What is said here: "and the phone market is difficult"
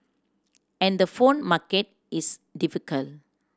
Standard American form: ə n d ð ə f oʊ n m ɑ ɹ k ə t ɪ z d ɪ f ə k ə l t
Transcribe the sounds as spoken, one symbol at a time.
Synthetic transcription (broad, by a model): ə n d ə f oʊ n m ɑ k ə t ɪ s d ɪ f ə k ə l